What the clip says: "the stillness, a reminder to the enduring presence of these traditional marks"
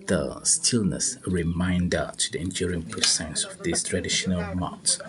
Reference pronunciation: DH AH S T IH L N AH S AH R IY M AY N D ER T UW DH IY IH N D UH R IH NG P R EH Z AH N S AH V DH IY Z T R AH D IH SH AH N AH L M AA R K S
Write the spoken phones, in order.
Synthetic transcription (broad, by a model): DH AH S T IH L N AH S R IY M AY N D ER T UW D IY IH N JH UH R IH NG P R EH S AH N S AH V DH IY S T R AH D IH SH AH N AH L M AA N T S